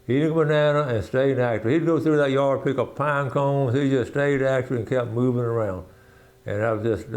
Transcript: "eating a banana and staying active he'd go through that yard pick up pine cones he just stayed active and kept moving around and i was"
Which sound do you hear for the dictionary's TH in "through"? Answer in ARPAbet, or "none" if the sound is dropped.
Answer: TH